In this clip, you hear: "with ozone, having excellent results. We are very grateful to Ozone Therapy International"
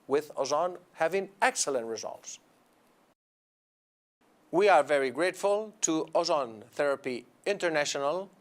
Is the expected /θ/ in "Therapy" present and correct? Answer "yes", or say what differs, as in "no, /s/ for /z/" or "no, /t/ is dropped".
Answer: yes